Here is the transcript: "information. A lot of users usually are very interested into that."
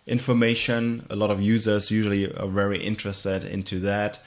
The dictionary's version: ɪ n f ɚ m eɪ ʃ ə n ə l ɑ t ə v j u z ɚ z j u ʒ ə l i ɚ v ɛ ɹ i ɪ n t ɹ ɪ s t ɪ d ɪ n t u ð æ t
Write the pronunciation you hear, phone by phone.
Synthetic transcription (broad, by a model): ɪ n f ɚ m eɪ ʃ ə n ə l ɑ t ə v j u z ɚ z j u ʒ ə l i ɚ v ɛ ɹ i ɪ n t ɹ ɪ s t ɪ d ɪ n t u ð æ t